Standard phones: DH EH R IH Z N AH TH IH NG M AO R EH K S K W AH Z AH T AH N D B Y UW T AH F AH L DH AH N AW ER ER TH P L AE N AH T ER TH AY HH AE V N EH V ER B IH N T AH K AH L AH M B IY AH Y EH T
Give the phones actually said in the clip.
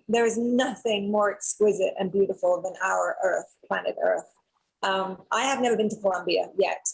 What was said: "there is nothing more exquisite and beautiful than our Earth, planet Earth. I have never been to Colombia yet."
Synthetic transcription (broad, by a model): DH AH R IH Z N AH TH IH NG M AO R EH K S K W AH Z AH T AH N B Y UW T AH F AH L DH AH N AW ER ER TH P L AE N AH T ER TH AY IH V N EH V ER B IH N T AH K AH L AH M B IY AH Y EH T